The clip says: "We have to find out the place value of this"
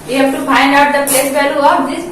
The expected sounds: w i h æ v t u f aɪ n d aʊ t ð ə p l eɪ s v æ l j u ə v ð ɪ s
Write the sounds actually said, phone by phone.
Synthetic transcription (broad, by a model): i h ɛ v t u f aɪ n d aʊ t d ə p l eɪ s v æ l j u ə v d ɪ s